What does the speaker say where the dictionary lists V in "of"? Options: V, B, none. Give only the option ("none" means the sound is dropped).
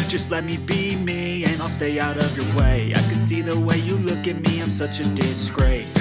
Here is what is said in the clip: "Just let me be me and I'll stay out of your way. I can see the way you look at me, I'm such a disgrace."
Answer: V